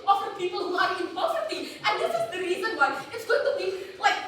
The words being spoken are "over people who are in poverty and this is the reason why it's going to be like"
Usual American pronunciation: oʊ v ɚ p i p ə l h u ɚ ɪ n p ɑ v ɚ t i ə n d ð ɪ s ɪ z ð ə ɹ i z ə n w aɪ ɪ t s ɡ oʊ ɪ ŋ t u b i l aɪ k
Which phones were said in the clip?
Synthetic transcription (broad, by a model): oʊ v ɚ p i p ə l h u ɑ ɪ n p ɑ f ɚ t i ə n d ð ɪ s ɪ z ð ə ɹ i z ə n w aɪ ɪ t s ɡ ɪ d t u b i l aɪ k